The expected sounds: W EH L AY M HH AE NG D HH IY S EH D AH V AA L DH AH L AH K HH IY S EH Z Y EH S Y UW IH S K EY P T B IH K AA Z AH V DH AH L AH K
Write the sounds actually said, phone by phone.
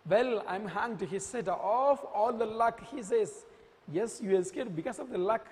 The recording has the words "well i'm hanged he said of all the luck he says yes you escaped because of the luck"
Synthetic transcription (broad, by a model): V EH L AY M HH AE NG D HH IY S EH D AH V AA L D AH L AH K HH IY S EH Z Y EH S Y UW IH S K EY T B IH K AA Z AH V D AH L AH K